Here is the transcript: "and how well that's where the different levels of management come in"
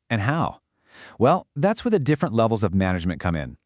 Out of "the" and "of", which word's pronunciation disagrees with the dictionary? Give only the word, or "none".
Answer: none